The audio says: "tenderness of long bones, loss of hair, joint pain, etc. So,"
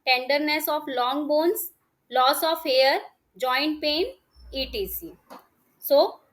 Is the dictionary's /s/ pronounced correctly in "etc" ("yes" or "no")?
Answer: no